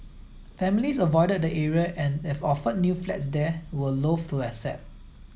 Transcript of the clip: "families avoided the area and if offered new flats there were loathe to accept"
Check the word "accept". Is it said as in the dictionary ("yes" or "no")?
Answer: no